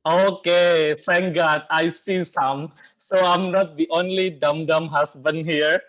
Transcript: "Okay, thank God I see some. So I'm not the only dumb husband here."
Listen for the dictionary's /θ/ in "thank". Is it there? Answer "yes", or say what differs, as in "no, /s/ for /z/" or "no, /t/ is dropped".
no, /f/ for /θ/